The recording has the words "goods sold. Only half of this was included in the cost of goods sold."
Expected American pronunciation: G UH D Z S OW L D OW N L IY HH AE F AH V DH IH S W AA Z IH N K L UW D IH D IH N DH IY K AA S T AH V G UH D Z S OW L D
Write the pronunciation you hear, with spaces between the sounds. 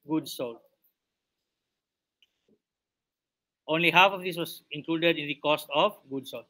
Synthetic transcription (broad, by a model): G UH D S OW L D OW N L IY HH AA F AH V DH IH S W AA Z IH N K L UW D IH D IH N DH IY K AA S T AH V G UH D S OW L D